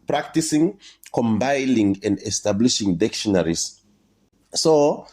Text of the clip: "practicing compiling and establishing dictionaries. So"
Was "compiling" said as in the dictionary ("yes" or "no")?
no